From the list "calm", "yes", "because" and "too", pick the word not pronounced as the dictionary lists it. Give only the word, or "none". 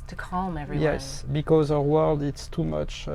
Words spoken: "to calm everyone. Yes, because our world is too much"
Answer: none